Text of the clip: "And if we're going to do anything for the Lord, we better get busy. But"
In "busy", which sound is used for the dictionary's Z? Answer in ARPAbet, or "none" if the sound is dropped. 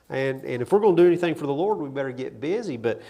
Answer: Z